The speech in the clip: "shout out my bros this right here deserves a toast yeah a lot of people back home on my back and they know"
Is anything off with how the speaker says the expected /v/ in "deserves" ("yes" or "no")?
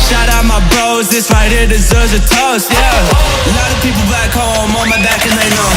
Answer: yes